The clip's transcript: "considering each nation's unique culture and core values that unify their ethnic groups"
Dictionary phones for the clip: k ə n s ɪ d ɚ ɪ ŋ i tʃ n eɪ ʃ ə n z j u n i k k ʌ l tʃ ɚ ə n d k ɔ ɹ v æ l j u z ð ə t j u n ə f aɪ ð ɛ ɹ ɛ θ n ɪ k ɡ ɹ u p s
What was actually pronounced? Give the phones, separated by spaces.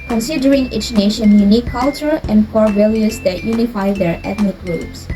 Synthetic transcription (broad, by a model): k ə n s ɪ d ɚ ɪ ŋ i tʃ n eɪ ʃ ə n j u n i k k ʌ l tʃ ɚ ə n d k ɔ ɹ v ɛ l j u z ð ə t j u n ə f aɪ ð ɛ ɹ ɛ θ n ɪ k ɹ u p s